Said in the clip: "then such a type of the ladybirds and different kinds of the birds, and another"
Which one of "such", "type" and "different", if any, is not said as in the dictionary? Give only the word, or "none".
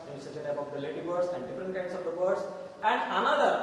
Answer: different